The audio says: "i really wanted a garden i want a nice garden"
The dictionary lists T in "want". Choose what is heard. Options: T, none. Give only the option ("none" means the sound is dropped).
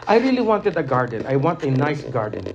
T